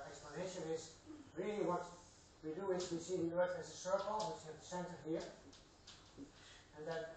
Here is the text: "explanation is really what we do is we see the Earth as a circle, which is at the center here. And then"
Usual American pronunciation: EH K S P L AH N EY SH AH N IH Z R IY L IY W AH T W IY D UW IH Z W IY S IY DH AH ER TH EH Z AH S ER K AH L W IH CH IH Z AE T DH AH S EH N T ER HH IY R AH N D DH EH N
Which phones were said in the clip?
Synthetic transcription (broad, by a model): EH K S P L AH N EY SH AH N IH Z R IY L IY W AH T W IY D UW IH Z W IY S IY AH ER T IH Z AH S ER K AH L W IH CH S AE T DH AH S EH N T ER HH IY R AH N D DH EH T